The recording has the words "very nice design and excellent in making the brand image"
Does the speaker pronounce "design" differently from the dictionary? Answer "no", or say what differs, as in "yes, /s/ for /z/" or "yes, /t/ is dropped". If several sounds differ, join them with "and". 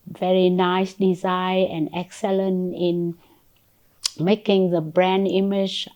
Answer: yes, /n/ is dropped